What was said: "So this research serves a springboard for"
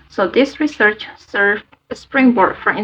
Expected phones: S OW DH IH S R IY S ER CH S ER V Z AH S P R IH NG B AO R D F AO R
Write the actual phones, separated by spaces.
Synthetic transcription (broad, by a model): S OW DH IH S R IY S ER CH S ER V AH S P R IH NG B AO R D F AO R